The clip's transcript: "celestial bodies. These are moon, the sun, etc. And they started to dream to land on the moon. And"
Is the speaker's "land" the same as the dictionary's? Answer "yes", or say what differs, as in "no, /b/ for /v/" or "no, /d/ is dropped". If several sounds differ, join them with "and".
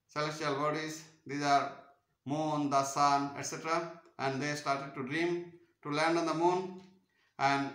yes